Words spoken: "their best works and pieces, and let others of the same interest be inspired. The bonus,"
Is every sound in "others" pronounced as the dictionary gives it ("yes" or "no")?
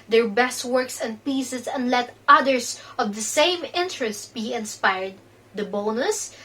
no